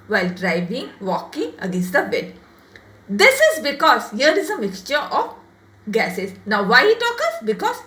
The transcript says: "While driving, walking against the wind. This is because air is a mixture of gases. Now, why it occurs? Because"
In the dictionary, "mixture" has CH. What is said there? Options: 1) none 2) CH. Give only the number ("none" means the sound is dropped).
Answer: 2